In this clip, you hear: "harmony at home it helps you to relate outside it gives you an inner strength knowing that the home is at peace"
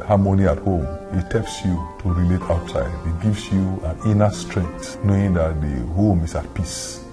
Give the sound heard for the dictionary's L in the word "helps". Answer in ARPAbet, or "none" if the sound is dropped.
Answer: none